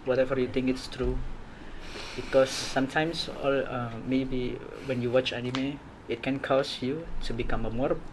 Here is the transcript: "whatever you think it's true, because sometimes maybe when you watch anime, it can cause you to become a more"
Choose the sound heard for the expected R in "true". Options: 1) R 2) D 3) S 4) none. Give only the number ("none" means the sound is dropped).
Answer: 1